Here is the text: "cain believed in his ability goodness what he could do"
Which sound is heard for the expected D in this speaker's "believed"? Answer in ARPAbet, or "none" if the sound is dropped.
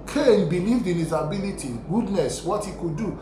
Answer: D